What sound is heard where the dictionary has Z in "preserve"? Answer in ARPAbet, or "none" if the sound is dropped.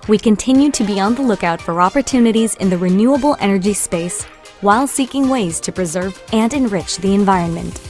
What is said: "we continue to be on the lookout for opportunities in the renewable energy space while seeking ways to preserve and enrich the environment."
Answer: Z